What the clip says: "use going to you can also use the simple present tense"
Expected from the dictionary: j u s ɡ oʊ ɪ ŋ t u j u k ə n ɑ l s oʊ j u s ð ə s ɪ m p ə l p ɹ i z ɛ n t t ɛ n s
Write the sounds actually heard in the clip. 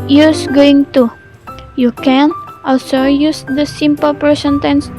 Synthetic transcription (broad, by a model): j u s ɡ oʊ ɪ ŋ t u j u k ə n ɑ l s oʊ j u s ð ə s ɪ m p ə l p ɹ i s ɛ n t t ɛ n s